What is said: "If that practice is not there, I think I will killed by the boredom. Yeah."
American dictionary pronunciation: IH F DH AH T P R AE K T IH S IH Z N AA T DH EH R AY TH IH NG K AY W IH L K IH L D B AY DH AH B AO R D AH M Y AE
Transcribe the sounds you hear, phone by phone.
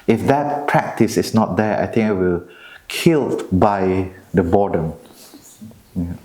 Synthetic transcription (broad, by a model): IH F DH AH T P R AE K T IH S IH S N AA T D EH AY T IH NG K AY W IH L K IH L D B AY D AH B AO D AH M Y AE